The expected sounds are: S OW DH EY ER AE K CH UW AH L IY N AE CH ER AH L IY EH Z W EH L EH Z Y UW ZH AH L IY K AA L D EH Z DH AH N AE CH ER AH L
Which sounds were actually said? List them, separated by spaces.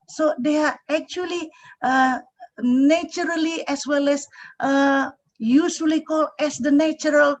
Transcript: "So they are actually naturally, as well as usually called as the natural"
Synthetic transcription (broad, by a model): S OW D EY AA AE K CH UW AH L IY N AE CH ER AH L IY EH S W EH L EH S Y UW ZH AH L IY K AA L EH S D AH N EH CH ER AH L